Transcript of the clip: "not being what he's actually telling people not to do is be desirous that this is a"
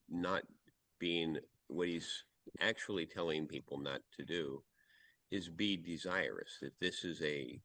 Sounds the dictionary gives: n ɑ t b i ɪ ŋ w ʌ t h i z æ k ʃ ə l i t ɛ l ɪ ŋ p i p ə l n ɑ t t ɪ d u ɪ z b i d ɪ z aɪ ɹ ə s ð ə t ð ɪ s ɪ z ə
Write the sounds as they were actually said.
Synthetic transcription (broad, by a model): n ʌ t b i ɪ ŋ w ʌ t h i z æ k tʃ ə l i t ɛ l ɪ ŋ p i p l n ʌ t t ɪ d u ɪ z b i d ɪ z aɪ ɹ ə s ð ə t ð ɪ s ɪ z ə